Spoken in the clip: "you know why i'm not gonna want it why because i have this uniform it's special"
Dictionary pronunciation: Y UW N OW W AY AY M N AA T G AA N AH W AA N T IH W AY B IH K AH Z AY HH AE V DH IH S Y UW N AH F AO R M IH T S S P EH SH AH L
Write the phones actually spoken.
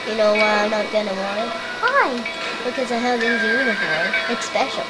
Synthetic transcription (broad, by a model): Y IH N OW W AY AY M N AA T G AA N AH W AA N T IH W AY B IH K AH Z AY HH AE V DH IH Y UW N AH F AO R M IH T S S P EH SH L